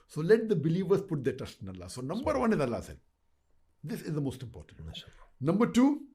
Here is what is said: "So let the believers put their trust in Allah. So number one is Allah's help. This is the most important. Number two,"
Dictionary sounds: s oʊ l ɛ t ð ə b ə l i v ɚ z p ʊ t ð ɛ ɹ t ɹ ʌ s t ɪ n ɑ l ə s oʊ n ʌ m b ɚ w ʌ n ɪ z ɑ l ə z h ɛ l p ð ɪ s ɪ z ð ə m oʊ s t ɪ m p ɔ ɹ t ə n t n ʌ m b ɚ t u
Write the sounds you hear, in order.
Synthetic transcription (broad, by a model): s oʊ l ɛ t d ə b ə l i v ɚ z p ʊ t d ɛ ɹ t ʌ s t ɪ n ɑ l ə s oʊ n ʌ m b ɚ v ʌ n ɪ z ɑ l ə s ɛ l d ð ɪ s ɪ z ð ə m oʊ s t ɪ m p ɔ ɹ t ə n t n ʌ m b ɚ t u